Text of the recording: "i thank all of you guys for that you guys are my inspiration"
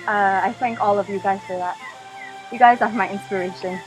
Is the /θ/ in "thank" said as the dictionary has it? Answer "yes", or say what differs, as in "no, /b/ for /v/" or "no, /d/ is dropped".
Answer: yes